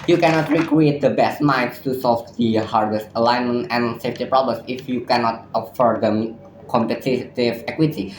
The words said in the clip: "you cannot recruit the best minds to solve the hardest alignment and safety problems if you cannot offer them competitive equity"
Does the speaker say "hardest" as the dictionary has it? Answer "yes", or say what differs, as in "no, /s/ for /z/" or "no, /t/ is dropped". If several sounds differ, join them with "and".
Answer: yes